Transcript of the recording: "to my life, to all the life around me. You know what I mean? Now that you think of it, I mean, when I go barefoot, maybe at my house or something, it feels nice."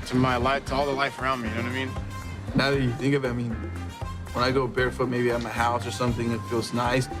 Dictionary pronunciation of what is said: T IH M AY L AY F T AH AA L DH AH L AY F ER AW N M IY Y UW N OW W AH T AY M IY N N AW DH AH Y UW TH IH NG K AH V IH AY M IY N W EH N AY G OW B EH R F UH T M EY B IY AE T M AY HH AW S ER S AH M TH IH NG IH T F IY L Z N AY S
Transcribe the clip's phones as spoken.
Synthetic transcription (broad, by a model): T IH M AY L AY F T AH AA L DH AH L AY F ER AW N M IY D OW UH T AY M IY N N AW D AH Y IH TH IH NG K AH V IH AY M IY N W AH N AY G OW B EH R F UH T M EY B IY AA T M AY HH AW S ER S AH M TH IH NG IH T F IY L Z N AY S